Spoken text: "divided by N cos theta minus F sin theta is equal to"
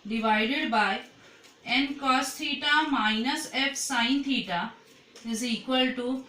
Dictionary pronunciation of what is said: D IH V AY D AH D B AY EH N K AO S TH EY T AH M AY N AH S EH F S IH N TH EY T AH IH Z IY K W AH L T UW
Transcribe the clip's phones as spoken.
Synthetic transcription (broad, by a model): D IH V AY D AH D B AY EH N K AO S T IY T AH M AY N AH S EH P S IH N T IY T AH IH Z IY K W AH L T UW